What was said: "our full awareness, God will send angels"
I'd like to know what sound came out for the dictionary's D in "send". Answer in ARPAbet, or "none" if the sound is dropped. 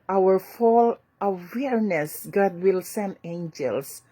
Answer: none